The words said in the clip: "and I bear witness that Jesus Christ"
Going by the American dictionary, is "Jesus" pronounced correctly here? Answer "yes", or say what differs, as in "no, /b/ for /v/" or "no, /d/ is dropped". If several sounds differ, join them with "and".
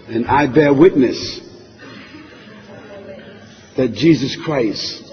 yes